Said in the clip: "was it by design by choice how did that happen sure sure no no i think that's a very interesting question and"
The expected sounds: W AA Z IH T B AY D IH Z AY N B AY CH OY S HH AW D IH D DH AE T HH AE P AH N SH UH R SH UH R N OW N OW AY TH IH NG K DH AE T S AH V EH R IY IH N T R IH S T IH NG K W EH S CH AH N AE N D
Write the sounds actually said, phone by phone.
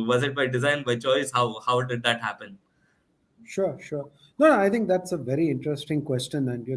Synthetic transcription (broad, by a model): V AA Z IH T B AY D IH Z AY N B AY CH OY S HH AW D IH D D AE T HH AE P AH N SH UH R SH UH R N N OW AY T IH NG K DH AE T S AH V EH R IY IH N T R IH S T IH NG K W EH S CH AH N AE N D